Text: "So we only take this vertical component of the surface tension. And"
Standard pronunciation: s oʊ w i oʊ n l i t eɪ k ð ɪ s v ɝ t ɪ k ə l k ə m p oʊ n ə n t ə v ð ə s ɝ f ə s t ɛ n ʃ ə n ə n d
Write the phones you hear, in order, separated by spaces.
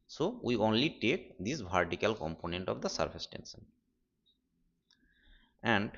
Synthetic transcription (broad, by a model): s oʊ w i oʊ n l i t eɪ k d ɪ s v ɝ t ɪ k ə l k ə m p oʊ n ə n t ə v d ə s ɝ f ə s t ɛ n s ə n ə n d